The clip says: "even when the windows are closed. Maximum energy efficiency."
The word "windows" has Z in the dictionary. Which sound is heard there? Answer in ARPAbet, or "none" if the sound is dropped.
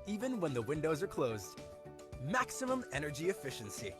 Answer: Z